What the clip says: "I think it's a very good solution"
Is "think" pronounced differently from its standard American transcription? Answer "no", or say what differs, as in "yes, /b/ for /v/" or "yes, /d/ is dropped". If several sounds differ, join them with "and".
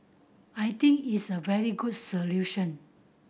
yes, /t/ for /θ/